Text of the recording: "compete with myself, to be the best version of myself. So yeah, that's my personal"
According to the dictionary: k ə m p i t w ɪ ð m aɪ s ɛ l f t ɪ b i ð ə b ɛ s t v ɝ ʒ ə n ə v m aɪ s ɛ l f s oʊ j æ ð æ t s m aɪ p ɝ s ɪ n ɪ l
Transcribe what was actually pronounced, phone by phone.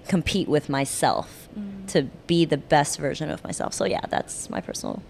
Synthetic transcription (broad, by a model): k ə m p i t w ɪ ð m aɪ s ɛ l f t ɪ b i ð ə b ɛ s t v ɝ ʒ ə n ə v m aɪ s ɛ l f s oʊ j æ ð æ t s m aɪ p ɝ s n l